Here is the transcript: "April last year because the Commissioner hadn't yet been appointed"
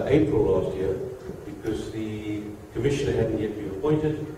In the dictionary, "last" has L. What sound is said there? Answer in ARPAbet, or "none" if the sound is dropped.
L